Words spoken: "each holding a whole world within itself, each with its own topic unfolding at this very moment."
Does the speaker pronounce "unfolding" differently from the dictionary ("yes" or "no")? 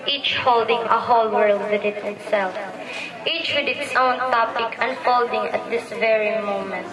no